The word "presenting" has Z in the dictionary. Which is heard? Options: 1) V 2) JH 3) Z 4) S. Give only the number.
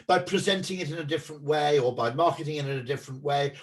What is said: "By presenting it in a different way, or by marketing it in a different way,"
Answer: 3